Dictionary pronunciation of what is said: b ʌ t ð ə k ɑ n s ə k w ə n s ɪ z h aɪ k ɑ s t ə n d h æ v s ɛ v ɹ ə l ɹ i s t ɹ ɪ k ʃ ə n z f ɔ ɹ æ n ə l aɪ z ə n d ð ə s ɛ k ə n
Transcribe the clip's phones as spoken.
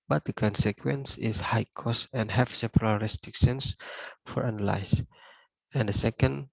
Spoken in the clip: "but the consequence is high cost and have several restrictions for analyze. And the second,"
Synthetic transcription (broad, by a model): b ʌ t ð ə k ɑ n s ə k w ə n s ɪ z h aɪ k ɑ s ə n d h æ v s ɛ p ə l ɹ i s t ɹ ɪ k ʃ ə n s f ɔ ɹ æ n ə l aɪ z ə n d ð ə s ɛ k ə n